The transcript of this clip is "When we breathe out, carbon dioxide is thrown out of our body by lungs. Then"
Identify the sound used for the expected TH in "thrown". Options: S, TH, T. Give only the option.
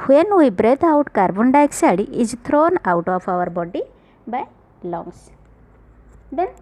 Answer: T